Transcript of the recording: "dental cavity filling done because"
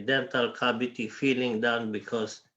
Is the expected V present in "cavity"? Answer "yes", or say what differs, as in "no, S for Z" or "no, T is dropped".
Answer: no, B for V